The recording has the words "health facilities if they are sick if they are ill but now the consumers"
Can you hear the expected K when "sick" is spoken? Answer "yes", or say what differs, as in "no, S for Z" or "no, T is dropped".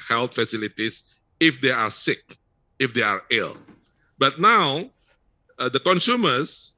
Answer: yes